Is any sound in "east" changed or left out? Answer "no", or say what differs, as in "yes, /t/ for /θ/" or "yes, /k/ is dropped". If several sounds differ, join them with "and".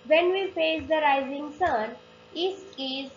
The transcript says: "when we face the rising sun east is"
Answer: yes, /t/ is dropped